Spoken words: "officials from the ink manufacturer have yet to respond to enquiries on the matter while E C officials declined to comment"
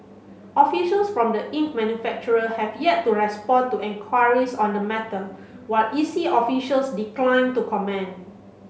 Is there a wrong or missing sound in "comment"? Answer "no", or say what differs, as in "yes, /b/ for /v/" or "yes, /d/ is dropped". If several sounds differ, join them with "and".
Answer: yes, /t/ is dropped